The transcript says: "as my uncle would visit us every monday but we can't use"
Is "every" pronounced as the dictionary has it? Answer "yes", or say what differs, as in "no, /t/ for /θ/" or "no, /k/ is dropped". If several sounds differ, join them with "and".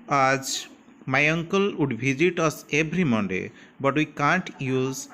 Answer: no, /b/ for /v/